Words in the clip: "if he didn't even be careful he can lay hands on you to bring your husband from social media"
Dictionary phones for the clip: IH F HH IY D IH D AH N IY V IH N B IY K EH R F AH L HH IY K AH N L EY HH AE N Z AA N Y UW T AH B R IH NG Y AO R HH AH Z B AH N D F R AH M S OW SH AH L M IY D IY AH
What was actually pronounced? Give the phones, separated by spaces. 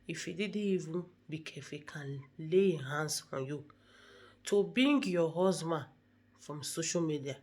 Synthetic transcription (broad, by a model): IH F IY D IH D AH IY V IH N B IY K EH F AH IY K AH N L EY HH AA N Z AA N Y UW T AH B IH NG Y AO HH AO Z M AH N F R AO M S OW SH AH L M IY D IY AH